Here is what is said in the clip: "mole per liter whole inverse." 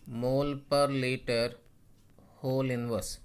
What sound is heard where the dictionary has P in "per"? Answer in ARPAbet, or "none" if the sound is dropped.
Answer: P